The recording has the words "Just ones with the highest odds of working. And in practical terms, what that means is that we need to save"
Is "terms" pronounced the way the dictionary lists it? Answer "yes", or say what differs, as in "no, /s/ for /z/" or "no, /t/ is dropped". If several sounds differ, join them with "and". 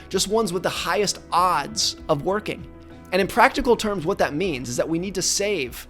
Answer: yes